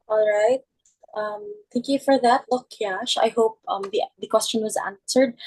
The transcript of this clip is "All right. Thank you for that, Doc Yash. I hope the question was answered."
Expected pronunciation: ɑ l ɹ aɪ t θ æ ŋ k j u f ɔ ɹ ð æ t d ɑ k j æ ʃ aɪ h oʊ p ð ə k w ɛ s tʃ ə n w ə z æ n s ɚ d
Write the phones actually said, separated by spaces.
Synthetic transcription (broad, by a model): ɑ l ɹ aɪ t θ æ ŋ k j u f ɔ ɹ ð æ t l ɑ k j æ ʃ aɪ h oʊ p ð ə k w ɛ s tʃ ə n w ə z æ n s ɚ d